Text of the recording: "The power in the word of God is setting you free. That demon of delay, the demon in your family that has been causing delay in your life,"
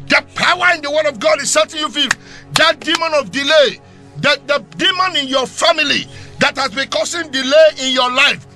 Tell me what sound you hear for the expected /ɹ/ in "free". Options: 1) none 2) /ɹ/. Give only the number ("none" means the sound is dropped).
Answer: 1